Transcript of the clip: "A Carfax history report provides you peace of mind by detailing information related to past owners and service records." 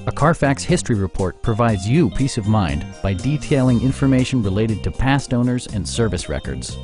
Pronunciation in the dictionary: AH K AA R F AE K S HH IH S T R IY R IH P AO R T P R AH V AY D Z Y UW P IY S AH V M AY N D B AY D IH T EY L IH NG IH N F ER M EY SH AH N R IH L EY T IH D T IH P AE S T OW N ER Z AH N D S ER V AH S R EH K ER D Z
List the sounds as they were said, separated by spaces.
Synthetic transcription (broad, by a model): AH K AA R F AE K S HH IH S T R IY R IH P AO R T P R AH V AY D Z Y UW P IY S AH V M AY N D B AY D IH T EY L IH NG IH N F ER M EY SH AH N R IH L EY T IH D T IH P AE S T OW N ER Z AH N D S ER V AH S R EH K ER D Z